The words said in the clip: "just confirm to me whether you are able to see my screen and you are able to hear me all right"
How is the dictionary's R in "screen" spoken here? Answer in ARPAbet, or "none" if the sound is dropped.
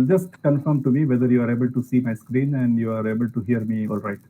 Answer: R